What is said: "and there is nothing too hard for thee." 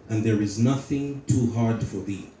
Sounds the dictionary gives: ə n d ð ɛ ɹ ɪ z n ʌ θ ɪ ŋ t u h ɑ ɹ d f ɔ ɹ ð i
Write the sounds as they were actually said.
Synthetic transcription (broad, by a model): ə n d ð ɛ ɹ ɪ z n ʌ θ ɪ ŋ t u h ɑ ɹ d f ɔ ɹ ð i